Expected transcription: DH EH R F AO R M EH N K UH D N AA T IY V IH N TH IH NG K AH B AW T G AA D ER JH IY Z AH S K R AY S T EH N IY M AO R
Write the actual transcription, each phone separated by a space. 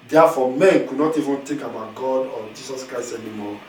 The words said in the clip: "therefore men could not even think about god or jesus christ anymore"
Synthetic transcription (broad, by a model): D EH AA F AO M EH N K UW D N AA T IY V IH N T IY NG K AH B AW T G AA D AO JH IY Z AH S K R AY S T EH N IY M AO